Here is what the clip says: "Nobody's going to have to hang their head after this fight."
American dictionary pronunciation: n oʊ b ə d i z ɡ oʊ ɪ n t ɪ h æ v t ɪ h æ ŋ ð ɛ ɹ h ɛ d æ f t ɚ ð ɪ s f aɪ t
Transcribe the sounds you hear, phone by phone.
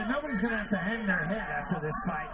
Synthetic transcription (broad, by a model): n oʊ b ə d i z ɡ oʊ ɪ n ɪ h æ f t ɪ h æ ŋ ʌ ɹ h ɛ d æ f t ɚ ð ɪ s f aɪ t